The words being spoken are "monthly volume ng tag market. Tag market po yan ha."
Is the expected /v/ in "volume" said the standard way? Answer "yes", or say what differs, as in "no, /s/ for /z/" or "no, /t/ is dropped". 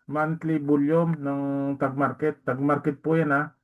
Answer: no, /b/ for /v/